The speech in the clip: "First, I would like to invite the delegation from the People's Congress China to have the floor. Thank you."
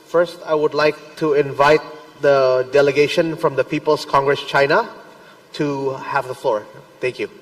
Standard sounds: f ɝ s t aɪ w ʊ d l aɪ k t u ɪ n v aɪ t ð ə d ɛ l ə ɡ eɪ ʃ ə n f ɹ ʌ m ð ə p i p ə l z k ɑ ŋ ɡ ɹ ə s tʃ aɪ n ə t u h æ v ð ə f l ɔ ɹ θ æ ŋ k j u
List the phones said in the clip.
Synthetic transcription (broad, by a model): f ɝ s t aɪ w ʊ d l aɪ k t u ɪ n v aɪ t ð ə d ɛ l ə ɡ eɪ ʃ ə n f ɹ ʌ m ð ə p i p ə l s k ɑ ŋ ɡ ɹ ə s tʃ aɪ n ə t u h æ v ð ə f l ɔ ɹ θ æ ŋ k j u